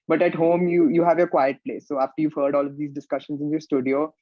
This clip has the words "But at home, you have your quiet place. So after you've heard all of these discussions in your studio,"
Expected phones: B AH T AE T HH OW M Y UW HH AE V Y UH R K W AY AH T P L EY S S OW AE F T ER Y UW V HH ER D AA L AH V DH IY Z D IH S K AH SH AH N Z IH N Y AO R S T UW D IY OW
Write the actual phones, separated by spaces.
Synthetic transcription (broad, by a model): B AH T AE T HH OW M Y UW HH AE V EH K W AY AH T P L EY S S OW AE F T ER Y UW V HH ER D AA L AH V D IY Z D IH S K AH SH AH N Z IH N Y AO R S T UW D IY OW